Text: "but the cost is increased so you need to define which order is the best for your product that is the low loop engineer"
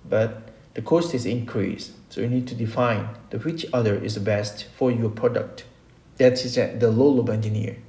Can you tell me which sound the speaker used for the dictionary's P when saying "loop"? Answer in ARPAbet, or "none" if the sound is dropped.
B